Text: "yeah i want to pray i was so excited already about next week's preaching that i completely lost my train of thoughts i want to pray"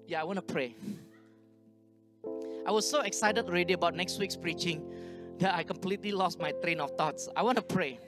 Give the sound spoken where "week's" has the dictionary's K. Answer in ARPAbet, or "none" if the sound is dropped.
K